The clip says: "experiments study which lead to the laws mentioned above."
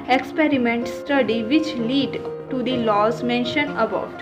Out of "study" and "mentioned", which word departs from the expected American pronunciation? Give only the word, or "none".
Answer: mentioned